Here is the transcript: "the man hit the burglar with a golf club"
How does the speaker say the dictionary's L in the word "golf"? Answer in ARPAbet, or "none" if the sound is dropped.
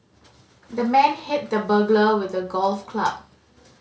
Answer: L